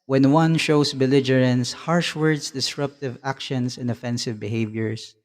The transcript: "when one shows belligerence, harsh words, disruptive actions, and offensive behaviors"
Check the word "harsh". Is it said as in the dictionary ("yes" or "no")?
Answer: yes